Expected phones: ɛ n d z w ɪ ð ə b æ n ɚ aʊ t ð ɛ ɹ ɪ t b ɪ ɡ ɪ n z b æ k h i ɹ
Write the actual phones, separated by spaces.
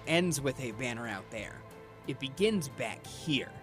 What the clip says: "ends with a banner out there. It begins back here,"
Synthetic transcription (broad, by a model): ɛ n d z w ɪ ð ə b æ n ɚ aʊ t ð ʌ ɹ ɪ t b ɪ ɡ ɪ n z b æ k h i ɹ